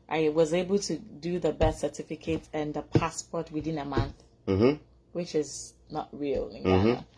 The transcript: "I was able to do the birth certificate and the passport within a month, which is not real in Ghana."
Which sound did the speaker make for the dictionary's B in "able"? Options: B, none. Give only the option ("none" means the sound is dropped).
B